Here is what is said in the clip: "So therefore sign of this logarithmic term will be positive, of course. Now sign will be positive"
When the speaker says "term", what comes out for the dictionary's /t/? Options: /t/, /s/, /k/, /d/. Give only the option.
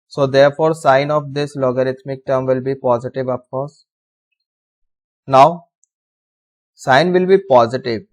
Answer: /t/